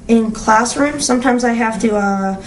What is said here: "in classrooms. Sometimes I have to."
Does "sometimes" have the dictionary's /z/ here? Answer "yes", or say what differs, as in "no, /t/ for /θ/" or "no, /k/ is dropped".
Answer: yes